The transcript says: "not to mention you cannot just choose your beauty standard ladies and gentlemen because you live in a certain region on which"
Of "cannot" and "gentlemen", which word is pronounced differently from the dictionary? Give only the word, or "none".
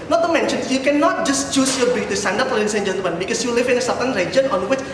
gentlemen